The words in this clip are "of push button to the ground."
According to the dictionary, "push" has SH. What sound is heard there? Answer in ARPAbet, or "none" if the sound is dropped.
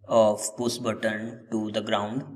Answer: S